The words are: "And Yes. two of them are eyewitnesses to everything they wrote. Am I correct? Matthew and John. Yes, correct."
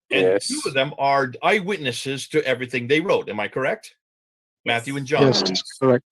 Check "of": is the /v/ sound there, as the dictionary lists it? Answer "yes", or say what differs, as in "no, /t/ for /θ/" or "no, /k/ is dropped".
yes